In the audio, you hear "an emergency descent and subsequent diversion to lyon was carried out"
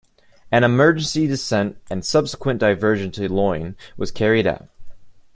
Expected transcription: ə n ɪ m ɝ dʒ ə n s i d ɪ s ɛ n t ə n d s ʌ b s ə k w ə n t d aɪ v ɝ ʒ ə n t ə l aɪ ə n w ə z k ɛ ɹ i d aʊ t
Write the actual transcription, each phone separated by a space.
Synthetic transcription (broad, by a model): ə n ɪ m ɝ dʒ ə n s i d ɪ s ɛ n t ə n s ʌ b s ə k w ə n d aɪ v ɝ ʒ ə n t l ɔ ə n w ə z k ɛ ɹ i d aʊ t